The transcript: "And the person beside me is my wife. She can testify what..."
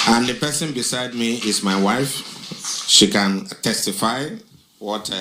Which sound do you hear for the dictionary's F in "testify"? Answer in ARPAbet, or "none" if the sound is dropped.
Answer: F